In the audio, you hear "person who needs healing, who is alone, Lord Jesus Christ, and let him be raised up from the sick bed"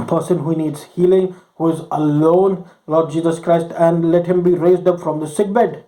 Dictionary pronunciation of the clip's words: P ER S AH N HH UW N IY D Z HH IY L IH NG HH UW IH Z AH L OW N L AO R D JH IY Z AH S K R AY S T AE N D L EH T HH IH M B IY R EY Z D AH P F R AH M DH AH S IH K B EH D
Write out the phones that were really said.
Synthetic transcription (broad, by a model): P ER S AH N HH UW N IY D Z HH IY L IH NG HH UW IH Z AH L OW N L AO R D JH IY Z AH S K R AY S T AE N D L EH T HH IH M B IY R EY Z D AH P F R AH M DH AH S IH K B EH D